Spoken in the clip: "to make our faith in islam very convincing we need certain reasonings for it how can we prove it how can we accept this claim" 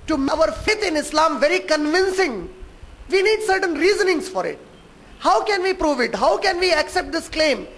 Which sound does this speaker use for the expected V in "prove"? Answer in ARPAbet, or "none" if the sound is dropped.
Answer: V